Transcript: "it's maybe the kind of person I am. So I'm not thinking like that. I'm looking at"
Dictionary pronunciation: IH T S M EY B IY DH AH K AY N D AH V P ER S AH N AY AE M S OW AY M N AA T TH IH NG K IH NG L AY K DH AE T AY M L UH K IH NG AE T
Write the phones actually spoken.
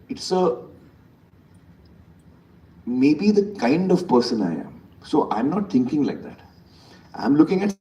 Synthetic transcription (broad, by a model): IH T S M EY B IY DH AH K AY N D AH V P ER S AH N AY AE M S OW AY M N AA T T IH NG K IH NG L AY K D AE T AY M L UH K IH NG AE T